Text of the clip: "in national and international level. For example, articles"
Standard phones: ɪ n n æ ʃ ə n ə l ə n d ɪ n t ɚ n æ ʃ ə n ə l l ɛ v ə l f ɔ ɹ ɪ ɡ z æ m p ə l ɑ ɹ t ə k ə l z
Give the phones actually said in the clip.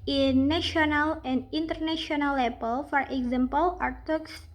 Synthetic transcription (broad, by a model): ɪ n n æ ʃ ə n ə l ə n d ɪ n t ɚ n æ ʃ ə n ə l l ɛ p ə l f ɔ ɹ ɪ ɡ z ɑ m p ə l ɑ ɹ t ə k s